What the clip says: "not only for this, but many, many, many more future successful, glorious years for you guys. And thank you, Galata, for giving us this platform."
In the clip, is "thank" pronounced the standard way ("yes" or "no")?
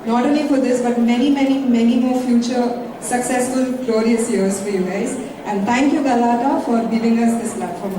no